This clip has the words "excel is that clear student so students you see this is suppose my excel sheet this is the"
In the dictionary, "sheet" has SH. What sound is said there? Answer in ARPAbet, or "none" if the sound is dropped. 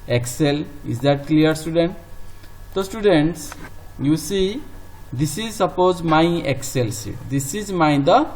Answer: S